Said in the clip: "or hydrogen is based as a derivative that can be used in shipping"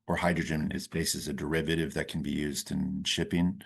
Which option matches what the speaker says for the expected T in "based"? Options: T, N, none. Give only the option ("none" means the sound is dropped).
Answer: none